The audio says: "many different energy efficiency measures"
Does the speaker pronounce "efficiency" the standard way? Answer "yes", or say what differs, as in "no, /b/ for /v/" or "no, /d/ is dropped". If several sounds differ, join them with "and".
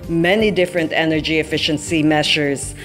yes